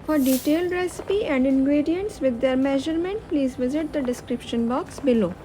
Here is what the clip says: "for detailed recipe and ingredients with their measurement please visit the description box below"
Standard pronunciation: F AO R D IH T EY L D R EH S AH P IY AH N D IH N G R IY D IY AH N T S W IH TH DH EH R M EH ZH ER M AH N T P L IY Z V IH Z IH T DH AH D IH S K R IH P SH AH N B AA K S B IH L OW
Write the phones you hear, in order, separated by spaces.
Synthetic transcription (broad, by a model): F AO R D IH T EY L D R EH S AH P IY AH N D IH N G R IY D IY AH N T S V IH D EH R M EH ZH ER M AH N T P L IY Z V IH Z IH T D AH D IH S K R IH P SH AH N B AA K S B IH L OW